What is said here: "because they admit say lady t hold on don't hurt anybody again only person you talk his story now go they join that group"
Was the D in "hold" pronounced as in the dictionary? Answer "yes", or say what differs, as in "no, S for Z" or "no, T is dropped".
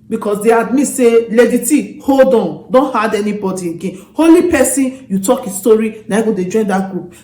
yes